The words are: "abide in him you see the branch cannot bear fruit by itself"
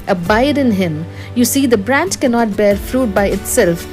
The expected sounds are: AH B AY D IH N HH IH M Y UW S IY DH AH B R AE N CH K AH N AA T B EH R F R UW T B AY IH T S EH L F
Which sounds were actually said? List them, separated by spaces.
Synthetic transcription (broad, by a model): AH B AY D IH N HH IH M Y UW S IY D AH B R AE N CH K AH N AA T B EH R F R UW T B AY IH T S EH L F